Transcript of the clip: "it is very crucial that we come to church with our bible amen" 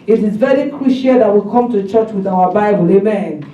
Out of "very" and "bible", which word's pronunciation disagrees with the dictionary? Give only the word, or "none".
none